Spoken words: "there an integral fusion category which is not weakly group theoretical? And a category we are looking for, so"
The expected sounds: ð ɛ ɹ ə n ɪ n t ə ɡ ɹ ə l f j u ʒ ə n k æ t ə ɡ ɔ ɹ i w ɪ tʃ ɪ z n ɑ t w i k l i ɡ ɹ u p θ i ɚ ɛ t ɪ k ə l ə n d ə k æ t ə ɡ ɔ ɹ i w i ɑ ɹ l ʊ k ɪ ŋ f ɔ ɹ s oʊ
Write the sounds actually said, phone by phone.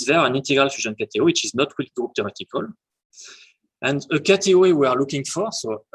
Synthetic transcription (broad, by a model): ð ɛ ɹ ə n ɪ n t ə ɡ ɹ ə l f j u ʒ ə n k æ t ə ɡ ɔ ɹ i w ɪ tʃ ɪ z n ɑ t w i l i ɡ ɹ u p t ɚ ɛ t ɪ k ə l ə n d ə k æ t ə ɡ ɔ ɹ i w i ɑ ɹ l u k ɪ ŋ f ɔ ɹ s oʊ